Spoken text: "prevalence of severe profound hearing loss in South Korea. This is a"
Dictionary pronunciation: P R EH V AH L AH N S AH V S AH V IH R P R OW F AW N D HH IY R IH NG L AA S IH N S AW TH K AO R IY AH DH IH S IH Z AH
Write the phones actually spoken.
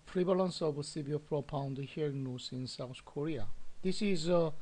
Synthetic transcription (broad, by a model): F R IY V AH L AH N S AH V S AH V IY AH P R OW P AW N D HH IY R IH NG N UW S IH N S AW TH K AO R IY AH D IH S IH Z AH